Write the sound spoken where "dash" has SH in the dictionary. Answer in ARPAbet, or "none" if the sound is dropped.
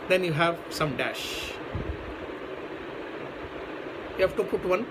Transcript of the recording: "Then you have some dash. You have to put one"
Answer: SH